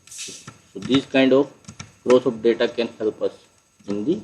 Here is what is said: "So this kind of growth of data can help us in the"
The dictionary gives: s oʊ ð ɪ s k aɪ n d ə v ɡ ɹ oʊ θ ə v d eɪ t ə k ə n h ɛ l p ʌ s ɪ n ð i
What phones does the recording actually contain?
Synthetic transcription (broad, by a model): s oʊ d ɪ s k aɪ n d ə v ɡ ɹ oʊ s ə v d eɪ t ə k ə n h ɛ l p ʌ s ɪ n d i